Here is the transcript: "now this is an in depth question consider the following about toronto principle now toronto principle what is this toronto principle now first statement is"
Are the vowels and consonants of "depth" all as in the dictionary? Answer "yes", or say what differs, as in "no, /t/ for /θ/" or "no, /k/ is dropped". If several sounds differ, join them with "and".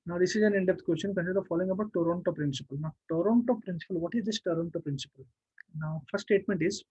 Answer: no, /t/ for /θ/